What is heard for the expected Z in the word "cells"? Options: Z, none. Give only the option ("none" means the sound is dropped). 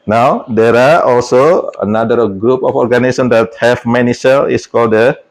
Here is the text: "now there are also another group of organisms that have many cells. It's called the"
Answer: none